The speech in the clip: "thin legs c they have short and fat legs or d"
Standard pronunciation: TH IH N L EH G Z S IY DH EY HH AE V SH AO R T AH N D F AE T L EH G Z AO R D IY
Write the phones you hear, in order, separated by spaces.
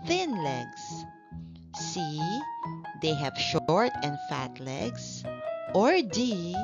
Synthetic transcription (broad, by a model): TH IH N L EH G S S IY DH EY HH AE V SH AO R T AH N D F AE T L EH G S AO R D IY